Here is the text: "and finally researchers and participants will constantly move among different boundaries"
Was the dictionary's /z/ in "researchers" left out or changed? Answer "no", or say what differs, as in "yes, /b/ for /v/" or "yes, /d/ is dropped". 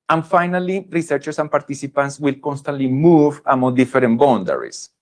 yes, /s/ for /z/